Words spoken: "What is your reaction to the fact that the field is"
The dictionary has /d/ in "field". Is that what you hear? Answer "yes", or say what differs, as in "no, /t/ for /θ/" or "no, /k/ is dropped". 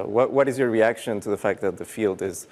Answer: yes